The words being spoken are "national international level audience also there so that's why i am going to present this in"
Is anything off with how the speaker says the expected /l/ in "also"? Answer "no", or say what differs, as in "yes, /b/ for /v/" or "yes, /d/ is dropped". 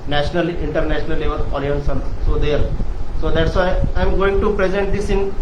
yes, /n/ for /l/